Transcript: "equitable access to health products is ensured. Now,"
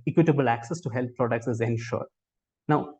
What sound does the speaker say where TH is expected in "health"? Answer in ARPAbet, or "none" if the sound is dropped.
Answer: T